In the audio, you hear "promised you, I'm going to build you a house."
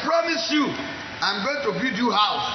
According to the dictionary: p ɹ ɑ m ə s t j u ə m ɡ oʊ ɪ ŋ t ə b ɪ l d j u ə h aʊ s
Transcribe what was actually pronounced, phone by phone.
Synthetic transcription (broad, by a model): p ɹ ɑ m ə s j u ə m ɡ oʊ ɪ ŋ t ə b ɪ d j u h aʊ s